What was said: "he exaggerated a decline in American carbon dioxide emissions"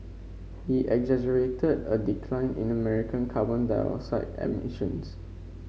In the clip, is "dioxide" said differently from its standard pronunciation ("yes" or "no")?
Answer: yes